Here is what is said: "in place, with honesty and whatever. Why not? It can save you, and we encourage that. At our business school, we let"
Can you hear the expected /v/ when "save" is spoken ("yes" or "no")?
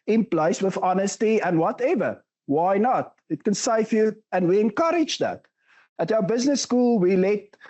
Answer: no